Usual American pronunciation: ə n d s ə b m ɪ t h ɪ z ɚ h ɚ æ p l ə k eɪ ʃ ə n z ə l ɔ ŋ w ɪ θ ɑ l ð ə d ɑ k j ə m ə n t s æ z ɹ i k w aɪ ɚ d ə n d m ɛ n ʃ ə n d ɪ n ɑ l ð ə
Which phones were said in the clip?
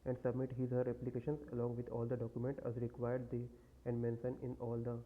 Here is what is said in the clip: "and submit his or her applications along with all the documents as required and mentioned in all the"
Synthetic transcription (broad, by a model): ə n d s ə b m ɪ t h ɪ z h ɚ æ p l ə k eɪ ʃ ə n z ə l ɔ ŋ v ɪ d ɑ l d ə d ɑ k j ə m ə n t æ z ɹ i k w aɪ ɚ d ə n d m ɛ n s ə n ɪ n ɑ l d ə